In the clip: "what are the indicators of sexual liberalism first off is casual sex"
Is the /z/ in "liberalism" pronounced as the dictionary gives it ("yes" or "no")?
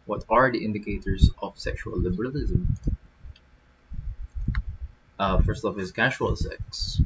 yes